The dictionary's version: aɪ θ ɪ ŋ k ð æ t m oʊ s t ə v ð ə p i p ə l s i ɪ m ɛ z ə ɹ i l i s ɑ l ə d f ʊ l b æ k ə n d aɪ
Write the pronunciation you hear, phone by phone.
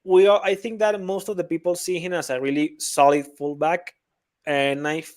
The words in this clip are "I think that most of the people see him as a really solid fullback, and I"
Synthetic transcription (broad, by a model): aɪ θ ɪ ŋ k ð æ t m oʊ s t ə v ð ə p i p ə l s i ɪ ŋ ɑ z ə ɹ i l i s ɑ l ə d f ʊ l b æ k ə n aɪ